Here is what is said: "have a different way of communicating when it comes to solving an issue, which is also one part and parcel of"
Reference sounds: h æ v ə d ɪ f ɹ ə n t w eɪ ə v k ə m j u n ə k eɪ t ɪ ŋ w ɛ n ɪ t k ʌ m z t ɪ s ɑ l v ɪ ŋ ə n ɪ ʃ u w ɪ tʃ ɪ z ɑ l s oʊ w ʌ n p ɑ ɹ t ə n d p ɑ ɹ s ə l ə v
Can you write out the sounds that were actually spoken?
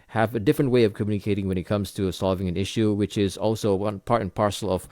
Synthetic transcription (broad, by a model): h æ v ə d ɪ f ɹ ə n t w eɪ ə v k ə m j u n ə k eɪ t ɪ ŋ w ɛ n ɪ t k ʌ m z t ɪ s ɑ l v ɪ ŋ ə n ɪ ʃ u w ɪ tʃ ɪ z ɑ l s oʊ w ʌ n p ɑ ɹ t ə n p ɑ ɹ s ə l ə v